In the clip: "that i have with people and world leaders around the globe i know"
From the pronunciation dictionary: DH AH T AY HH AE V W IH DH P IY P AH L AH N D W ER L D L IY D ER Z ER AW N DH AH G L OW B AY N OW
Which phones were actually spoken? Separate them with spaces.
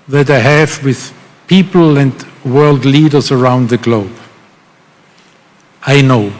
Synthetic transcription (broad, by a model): DH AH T AY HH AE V W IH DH P IY P L AH N D W ER L D L IY D ER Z ER AW N DH AH G L OW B AY N OW